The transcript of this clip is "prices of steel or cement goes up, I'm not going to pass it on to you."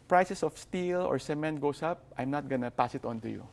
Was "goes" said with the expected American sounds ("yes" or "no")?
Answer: no